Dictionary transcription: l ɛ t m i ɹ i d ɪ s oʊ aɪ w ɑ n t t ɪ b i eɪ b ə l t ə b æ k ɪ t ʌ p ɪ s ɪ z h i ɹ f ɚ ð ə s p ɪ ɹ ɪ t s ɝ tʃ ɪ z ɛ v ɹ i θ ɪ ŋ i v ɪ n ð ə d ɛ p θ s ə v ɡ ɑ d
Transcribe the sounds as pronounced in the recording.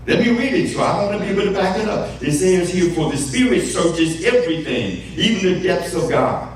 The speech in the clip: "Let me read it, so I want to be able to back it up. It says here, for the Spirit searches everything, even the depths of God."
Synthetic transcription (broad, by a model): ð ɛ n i ɹ i d ɪ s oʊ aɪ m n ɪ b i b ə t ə b æ k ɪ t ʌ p ɪ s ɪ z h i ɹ f ɚ ð ə s p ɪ ɹ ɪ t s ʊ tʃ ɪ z ɛ v ɹ i θ ɪ ŋ i v ɪ n ð ə d ɛ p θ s ə v ɡ ɑ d